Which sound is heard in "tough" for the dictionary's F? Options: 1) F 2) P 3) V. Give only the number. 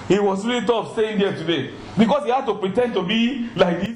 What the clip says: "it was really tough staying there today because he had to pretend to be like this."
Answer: 2